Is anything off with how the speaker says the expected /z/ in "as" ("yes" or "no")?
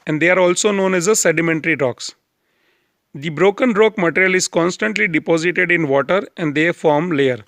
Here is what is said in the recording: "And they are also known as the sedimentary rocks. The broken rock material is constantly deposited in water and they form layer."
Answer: no